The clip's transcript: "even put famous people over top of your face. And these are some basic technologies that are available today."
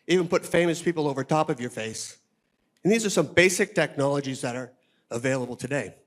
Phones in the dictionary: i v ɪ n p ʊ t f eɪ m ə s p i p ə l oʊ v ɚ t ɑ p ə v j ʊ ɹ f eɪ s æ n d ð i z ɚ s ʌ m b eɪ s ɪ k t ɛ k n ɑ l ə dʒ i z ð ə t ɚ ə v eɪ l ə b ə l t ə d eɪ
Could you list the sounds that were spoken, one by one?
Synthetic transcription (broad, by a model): i v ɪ n p ʊ t f eɪ m ə s p i p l oʊ v ɚ t ɑ p ə v j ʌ ɹ f eɪ s n ð i z ɚ s ʌ m b eɪ s ɪ k t ɛ k n ɑ l ə dʒ i z ð ə t ɚ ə v eɪ l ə b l t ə d eɪ